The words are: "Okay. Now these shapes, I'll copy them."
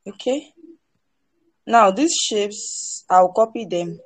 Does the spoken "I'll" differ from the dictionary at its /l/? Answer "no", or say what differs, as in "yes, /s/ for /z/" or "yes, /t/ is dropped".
yes, /w/ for /l/